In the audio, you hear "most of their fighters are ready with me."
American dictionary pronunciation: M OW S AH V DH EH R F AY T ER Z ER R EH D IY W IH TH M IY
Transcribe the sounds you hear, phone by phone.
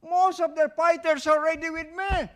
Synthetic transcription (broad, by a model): M OW S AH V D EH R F AY T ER S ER R EH D IY W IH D M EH